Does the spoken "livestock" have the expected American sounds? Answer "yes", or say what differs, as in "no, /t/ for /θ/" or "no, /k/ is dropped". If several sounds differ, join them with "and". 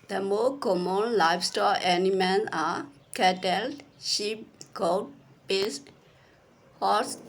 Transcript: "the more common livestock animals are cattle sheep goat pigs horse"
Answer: no, /k/ is dropped